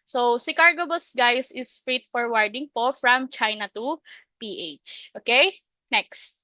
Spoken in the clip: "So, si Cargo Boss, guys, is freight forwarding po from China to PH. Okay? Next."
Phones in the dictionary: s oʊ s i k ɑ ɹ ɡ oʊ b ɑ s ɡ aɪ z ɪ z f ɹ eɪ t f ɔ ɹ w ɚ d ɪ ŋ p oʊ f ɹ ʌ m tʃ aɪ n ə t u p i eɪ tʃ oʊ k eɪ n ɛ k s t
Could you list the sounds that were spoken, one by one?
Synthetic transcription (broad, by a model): s oʊ s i k ɑ ɹ ɡ oʊ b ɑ s ɡ aɪ s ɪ s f ɹ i t f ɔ ɹ w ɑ d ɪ ŋ p oʊ f ɹ ʌ m tʃ aɪ n ə t u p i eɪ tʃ oʊ k eɪ n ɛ k s t